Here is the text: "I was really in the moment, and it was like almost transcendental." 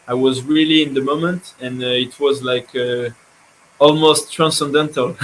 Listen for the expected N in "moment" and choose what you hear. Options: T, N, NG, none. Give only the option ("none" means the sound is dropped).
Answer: N